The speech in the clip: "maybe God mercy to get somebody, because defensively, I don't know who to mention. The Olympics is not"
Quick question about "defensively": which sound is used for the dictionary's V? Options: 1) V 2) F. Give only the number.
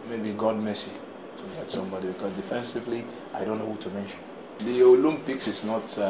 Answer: 1